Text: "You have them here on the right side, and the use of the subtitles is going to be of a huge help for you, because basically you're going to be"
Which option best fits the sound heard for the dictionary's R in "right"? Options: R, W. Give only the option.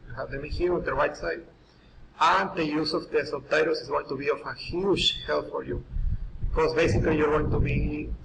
W